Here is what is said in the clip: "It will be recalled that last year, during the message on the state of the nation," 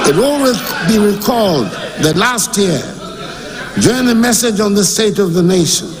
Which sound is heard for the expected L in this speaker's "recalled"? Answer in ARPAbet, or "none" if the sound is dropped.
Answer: L